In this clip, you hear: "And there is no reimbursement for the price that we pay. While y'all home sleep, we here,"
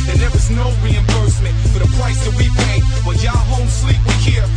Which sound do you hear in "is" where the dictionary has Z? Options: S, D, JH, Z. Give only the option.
Z